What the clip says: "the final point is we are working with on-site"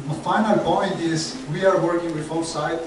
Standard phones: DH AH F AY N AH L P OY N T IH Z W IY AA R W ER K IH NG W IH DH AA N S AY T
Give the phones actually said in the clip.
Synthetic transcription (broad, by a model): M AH F AY N AH L P OY N T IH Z W IY AA R W ER K IH NG W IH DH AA L S AY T